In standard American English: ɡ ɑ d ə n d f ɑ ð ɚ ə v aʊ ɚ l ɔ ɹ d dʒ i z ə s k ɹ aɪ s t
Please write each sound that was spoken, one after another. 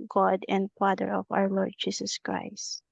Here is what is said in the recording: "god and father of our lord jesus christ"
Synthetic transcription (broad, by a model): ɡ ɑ d ə n d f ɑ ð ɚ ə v aʊ ɚ l ɔ ɹ d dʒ i s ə s k ɹ aɪ s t